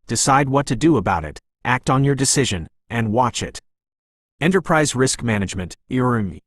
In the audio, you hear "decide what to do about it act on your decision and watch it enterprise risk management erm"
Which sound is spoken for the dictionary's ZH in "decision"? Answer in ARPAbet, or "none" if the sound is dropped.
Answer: ZH